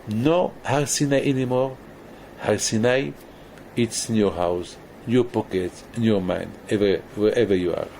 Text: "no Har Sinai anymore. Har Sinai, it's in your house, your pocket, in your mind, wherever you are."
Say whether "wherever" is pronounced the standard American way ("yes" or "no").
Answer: no